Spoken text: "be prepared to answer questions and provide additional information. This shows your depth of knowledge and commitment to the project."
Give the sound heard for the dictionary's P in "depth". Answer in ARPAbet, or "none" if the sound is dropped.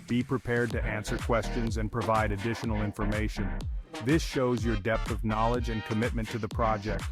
P